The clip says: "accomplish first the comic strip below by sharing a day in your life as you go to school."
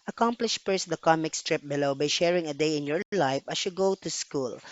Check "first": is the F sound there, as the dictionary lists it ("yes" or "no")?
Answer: no